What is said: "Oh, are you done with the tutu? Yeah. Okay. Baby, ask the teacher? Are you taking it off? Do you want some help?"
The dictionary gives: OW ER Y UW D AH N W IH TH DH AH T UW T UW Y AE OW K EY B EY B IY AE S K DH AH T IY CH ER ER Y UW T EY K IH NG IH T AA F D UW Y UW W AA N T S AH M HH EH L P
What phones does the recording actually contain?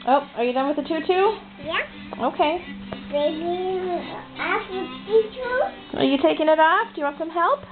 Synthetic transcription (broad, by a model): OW ER Y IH D AH N W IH DH AH T UW T UW Y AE OW K EY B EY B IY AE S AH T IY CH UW ER Y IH T EY K IH NG IH T AA F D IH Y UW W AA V S AH M HH EH L P